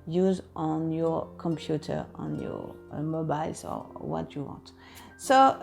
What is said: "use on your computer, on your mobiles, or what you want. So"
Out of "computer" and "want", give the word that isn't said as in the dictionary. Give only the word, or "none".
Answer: none